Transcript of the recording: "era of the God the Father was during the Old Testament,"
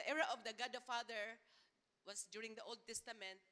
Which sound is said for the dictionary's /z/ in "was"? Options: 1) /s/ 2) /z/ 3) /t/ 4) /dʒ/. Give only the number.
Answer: 1